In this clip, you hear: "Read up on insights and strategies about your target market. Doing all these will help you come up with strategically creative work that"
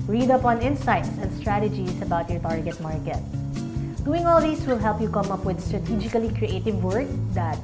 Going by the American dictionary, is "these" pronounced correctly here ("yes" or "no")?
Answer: no